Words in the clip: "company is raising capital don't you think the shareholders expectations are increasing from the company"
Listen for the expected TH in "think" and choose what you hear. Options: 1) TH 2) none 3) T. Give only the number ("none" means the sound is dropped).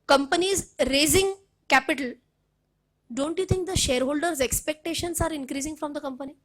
3